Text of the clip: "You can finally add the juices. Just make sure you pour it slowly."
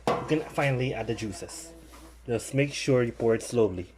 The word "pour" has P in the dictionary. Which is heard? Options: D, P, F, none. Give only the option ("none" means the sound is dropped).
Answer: P